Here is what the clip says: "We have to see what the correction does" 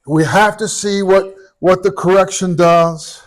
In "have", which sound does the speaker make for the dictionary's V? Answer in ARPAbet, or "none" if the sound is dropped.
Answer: F